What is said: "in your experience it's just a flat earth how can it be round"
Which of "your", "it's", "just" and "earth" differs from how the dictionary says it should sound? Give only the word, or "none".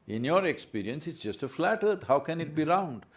earth